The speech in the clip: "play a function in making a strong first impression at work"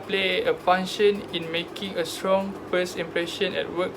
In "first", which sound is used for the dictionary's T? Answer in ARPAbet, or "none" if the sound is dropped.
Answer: none